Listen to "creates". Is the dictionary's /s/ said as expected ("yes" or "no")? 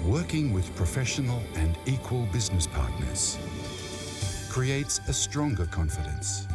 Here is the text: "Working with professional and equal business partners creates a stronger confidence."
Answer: yes